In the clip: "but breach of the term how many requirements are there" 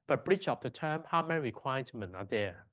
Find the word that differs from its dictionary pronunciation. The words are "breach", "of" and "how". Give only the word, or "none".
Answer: of